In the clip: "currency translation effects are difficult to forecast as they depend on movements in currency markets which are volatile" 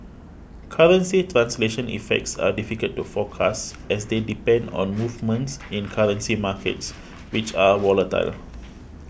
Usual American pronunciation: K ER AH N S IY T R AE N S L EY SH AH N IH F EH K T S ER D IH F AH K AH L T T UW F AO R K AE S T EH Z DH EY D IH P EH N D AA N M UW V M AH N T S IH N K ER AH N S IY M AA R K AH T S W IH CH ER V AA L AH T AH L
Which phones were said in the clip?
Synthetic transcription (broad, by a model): K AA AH N S IY T R AE N S L EY SH AH N IH F EH K T S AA D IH F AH K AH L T T UW F AO K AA S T EH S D EY D IH P EH N D AA N M UW V M AH N T S IH N K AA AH N S IY M AA K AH T S W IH CH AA W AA L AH T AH L